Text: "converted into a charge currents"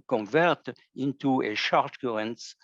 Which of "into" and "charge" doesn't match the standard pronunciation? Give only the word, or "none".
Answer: charge